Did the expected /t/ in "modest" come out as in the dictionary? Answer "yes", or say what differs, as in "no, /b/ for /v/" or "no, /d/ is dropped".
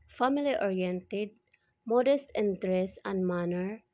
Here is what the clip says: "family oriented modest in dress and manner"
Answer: yes